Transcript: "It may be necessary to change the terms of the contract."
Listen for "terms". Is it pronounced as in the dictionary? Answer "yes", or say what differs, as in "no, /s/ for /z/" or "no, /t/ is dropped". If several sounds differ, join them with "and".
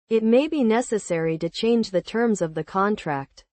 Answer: yes